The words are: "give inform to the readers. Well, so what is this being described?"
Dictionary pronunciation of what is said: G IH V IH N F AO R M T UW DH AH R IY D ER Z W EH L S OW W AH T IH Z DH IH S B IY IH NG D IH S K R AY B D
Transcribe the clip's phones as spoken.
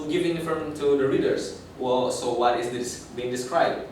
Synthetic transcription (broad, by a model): G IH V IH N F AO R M T UW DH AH R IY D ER S W EH L S OW W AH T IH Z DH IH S B IY IH NG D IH S K R AY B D